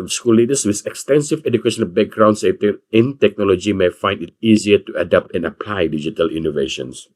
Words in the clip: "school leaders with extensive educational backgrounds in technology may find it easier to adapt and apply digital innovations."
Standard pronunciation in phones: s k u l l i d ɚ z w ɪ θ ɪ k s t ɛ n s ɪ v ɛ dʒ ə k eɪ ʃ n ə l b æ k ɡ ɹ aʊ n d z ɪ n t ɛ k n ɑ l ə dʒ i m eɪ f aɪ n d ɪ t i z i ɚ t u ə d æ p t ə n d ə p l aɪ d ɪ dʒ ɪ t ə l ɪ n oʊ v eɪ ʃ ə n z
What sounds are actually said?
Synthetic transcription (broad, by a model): s k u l l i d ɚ s w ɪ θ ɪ k s t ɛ n s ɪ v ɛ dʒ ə k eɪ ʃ ə n b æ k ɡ ɹ aʊ n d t ɪ n t ɛ k n ɑ l ə dʒ i m eɪ f aɪ n d ɪ t i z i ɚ t u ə d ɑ p t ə n ə p l aɪ d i dʒ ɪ t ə l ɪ n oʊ v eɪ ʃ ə n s